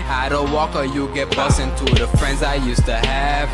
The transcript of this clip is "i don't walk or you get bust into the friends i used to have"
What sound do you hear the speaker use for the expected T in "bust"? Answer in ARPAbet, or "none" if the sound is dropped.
none